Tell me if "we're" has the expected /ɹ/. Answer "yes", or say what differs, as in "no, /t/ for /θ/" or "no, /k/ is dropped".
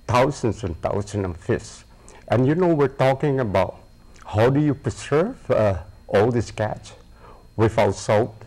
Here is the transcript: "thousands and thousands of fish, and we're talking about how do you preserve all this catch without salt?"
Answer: yes